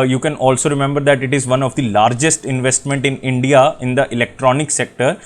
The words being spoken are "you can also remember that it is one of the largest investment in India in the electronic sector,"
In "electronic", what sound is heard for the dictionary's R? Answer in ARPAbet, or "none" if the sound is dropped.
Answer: R